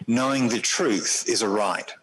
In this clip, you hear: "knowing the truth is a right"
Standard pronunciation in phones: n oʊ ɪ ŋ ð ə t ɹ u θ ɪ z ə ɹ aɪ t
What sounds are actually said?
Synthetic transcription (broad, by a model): n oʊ ɪ ŋ ð ə t ɹ u θ ɪ z ə ɹ aɪ t